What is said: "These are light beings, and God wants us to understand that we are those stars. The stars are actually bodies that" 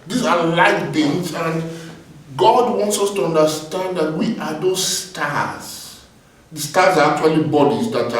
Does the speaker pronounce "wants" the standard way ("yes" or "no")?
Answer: yes